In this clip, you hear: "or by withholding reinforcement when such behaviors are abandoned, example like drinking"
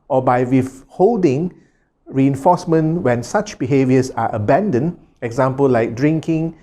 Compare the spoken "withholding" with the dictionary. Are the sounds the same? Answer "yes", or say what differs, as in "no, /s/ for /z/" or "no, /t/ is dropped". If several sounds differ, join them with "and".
no, /f/ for /θ/